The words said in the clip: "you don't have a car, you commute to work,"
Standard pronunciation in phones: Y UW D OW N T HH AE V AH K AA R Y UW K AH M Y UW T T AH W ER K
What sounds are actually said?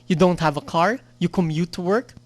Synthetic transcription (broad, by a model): Y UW D OW N T HH AE V AH K AA R Y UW K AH M Y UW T T AH W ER K